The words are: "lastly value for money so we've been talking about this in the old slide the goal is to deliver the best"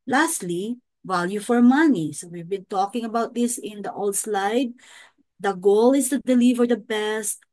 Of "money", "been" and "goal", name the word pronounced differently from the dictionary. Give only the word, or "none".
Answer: none